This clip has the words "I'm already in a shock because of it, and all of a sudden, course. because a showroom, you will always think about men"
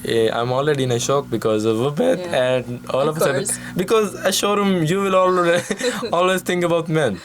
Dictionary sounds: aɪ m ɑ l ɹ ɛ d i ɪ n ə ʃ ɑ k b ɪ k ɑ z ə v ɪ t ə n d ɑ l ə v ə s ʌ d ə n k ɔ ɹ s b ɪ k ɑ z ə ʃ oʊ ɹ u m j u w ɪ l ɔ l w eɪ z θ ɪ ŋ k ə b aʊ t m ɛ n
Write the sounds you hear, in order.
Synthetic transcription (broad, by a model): aɪ m ɑ l ɹ ɛ d i ɪ n ə ʃ ɑ k b ɪ k ɑ z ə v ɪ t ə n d ɑ l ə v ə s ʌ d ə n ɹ b ɪ k ɑ z ə ʃ oʊ ɹ u m j u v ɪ l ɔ l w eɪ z t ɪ ŋ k ə b aʊ t m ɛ n